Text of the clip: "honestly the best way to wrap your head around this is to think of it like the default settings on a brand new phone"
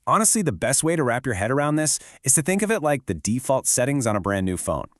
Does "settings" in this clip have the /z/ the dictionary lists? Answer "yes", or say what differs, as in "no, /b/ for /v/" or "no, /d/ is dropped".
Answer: yes